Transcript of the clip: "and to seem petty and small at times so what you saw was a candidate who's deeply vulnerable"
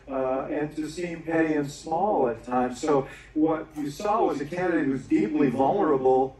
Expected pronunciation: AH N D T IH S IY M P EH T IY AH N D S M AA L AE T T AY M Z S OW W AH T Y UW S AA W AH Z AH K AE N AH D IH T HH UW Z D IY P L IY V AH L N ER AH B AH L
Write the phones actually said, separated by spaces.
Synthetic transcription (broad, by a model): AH N T IH S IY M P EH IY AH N S M AA L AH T T AY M S OW W AH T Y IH S AA W AH Z AH K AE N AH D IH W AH Z D IY P L IY V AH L N ER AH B L